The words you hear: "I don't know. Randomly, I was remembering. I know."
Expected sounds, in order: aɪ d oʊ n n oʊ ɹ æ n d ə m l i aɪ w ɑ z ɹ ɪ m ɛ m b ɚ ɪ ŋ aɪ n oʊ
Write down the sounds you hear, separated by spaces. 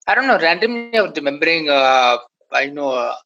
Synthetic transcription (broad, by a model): aɪ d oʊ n n oʊ ɹ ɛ n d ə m i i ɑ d ɹ ɪ m ɛ m b ɚ ɪ ŋ aɪ n oʊ